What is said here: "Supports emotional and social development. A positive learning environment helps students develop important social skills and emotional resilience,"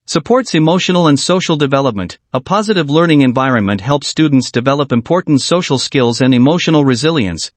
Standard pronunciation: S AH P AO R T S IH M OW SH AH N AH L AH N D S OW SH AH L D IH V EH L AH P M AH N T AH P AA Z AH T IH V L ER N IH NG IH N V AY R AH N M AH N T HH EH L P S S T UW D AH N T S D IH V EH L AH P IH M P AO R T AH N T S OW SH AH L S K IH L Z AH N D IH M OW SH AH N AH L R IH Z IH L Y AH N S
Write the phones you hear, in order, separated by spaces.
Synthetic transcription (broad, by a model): S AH P AO R T S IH M OW SH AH N L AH N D S OW SH L D IH V EH L AH P M AH N T AH P AA Z AH T IH V L ER N IH NG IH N V AY R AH N M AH N T HH EH L P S S T UW D N T S D IH V EH L AH P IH M P AO R T N T S OW SH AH L S K IH L Z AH N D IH M OW SH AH N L R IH Z IH L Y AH N S